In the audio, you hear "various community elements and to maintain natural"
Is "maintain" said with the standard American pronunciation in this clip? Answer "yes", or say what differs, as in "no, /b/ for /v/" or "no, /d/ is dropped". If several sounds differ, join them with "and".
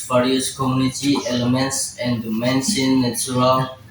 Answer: no, /s/ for /t/